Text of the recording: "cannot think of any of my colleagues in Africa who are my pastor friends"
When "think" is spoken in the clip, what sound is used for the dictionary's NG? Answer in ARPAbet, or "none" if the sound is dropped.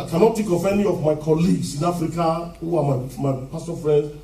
none